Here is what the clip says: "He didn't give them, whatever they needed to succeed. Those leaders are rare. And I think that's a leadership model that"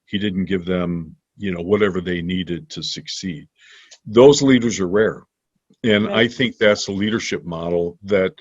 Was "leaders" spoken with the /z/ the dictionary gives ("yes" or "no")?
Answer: yes